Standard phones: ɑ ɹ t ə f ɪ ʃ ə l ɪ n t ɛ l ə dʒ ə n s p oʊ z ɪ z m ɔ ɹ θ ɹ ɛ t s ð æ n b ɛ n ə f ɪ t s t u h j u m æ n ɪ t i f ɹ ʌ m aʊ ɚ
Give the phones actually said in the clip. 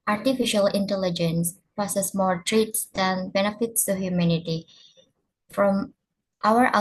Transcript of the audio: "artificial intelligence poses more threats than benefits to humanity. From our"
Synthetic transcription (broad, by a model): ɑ ɹ t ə f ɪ ʃ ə l ɪ n t ɛ l ə dʒ ə n s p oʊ s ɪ s m ɔ ɹ t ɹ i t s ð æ n b ɛ n ə f ɪ t s t u h j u m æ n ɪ t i f ɹ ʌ m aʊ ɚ